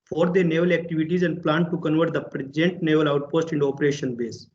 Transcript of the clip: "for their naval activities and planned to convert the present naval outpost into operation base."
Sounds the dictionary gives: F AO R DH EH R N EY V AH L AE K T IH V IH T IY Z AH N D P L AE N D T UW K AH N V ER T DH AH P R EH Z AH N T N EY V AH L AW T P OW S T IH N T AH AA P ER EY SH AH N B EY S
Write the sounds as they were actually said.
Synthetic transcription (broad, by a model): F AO R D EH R N EY V AH L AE K T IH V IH T IY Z AH N D P L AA N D T UW K AH N V ER T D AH P R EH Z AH N T N EY V AH L AW T P OW S T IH N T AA P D EY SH AH N B EY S